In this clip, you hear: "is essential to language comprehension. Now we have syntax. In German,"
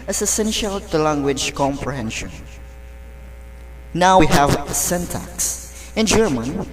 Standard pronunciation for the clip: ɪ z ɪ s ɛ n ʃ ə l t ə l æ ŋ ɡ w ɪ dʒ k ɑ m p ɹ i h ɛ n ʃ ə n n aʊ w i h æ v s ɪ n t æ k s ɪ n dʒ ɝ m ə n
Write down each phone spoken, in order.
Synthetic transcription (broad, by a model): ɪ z ɪ s ɛ n ʃ ə l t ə l æ ŋ ɡ w ɪ dʒ k ɑ m p ɹ i h ɛ n ʃ ə n n aʊ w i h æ v s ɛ n t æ k s ɪ n dʒ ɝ m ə n